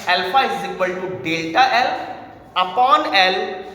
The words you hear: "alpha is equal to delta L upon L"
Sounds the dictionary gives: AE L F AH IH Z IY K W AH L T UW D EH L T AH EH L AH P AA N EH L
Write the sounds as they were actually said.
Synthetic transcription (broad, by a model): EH L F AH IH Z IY K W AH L T UW D EH L T AH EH L AH P AA N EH L